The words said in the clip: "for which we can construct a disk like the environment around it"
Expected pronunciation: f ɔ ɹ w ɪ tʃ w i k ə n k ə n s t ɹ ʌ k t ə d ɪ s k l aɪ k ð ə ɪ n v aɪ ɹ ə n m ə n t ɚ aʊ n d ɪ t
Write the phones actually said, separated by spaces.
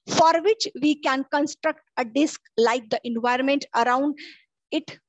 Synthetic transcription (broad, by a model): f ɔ ɹ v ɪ tʃ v i k ə n k ə n s t ɹ ʌ k t ə d ɪ s k l aɪ k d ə ɪ n v aɪ ɹ ə n m ə n t ɚ aʊ n d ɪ t